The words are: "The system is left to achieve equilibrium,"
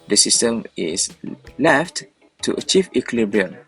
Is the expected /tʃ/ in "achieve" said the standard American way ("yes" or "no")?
yes